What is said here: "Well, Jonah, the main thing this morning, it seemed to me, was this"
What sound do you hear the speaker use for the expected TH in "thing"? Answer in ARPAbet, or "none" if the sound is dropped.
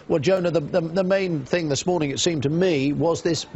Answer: TH